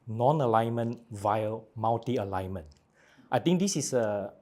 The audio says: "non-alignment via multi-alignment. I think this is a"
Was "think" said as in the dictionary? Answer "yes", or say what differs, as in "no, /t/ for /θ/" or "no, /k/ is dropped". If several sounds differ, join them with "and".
no, /t/ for /θ/